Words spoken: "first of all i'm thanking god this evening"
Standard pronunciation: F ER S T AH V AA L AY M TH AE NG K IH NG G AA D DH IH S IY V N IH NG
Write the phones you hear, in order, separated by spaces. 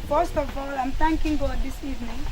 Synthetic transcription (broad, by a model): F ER S T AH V AA L AY M T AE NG K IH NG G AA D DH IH S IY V N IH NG